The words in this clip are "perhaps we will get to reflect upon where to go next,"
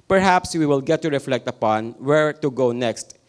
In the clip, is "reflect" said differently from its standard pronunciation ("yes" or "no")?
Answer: no